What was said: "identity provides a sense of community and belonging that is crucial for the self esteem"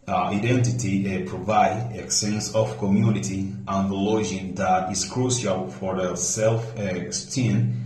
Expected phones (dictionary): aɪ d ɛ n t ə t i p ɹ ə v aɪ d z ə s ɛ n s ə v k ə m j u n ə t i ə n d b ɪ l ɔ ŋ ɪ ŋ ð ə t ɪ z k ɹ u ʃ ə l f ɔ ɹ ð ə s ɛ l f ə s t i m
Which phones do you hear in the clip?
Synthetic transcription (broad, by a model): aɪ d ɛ n t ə t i p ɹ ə v aɪ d ə s ɛ n s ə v k ə m j u n ə t i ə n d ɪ l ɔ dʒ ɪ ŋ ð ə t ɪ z k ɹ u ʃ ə l f ɔ ɹ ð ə s ɛ l f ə s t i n